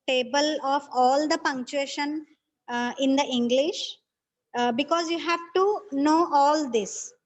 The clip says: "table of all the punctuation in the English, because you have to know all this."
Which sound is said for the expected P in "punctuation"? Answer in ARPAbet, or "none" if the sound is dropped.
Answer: P